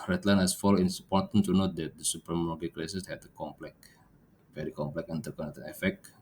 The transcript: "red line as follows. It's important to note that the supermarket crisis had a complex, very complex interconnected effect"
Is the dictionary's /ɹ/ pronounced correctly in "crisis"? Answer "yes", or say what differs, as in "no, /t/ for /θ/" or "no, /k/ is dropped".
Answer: no, /l/ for /ɹ/